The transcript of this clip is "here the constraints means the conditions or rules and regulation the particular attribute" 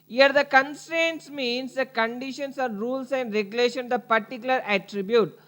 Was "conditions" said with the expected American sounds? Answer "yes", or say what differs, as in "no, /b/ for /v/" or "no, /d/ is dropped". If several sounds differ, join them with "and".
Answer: no, /s/ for /z/